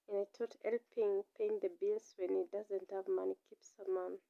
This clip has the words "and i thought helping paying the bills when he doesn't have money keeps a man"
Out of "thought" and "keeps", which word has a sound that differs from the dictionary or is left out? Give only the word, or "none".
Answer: thought